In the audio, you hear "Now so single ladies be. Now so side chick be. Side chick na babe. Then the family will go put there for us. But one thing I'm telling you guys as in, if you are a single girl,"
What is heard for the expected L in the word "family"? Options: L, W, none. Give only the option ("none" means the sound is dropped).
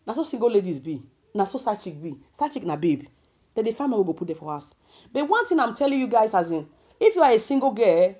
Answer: none